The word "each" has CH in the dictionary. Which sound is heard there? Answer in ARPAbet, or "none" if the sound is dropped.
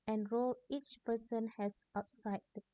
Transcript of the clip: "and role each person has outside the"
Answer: CH